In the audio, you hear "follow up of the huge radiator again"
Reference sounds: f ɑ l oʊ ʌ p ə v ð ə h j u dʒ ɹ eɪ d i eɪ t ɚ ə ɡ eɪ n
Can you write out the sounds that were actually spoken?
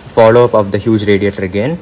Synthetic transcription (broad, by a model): f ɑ l oʊ ʌ p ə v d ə h j u dʒ ɹ eɪ d i eɪ t ɚ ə ɡ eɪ n